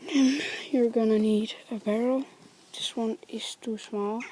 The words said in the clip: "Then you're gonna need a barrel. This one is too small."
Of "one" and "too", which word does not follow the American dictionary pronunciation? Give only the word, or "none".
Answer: none